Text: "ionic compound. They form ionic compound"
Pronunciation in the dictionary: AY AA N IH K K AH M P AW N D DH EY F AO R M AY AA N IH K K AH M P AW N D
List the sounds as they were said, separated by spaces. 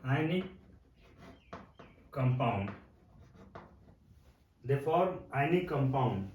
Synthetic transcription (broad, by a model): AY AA N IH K K AH M P AW N D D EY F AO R AY N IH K K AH M P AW N D